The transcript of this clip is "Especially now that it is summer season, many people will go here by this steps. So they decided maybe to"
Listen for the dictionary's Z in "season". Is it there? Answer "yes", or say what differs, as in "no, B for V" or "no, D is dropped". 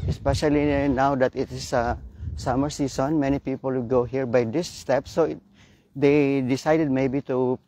no, S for Z